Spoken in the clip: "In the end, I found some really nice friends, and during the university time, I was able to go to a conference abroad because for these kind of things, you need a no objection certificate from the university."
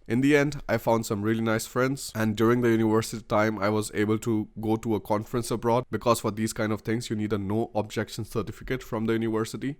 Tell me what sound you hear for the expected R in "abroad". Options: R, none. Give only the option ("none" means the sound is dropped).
R